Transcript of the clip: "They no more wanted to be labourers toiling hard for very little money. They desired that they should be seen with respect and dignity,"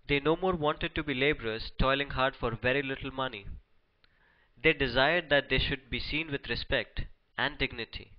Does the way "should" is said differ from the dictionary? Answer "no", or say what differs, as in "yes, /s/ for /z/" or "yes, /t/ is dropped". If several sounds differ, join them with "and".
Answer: no